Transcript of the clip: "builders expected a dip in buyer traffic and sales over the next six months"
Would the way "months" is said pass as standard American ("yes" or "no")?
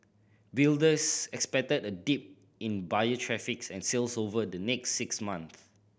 no